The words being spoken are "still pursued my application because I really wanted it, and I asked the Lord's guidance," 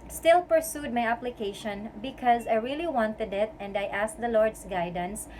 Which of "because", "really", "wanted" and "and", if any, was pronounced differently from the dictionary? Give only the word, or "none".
none